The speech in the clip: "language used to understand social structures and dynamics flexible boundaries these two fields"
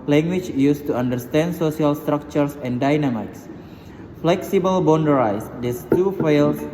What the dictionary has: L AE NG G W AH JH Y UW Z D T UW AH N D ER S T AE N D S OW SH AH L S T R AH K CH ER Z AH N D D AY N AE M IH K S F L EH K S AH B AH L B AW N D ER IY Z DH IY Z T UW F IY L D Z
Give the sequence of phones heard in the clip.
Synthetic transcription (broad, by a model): L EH NG G W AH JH Y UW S T UW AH N D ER S T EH N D S OW S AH L S T R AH K CH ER S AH N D D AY N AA M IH K S F L EH K S AH B AH L B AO N D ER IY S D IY S T UW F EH L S